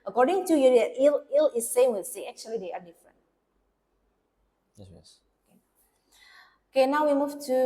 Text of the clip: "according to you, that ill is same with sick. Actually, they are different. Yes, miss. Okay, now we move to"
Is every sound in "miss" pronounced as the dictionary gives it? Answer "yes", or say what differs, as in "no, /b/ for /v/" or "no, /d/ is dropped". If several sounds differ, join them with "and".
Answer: no, /s/ is dropped